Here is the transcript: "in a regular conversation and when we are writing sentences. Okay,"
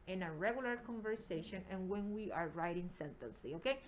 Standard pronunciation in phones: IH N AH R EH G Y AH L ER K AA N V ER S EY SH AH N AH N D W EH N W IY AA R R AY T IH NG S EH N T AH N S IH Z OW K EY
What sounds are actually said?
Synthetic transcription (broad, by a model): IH N AH R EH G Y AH L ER K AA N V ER S EY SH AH N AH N W EH N W IY AA R R AY T IH NG S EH N T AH N S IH OW K EY